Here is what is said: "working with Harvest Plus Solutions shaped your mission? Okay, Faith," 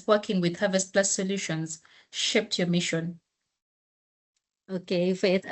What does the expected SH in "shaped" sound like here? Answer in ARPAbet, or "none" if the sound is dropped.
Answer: SH